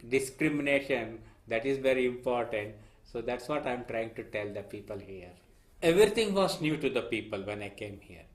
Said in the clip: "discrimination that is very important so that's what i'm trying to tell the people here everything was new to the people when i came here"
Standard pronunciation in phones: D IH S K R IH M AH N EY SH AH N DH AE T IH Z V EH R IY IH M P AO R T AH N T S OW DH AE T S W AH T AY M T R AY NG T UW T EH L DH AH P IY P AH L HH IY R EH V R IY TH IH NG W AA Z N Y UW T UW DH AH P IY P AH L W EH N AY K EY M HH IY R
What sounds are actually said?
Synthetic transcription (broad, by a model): D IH S K R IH M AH N EY SH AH N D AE T IH Z V EH R IY IH M P AO R T AH N T S OW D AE T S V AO T AY M T R AY NG T UW T EH L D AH P IY P AH L HH IY R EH V R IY T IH NG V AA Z N Y UW T UW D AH P IY P AH L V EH N AY K EY M HH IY R